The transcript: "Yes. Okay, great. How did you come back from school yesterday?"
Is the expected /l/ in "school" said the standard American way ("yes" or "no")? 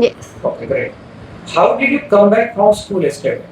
yes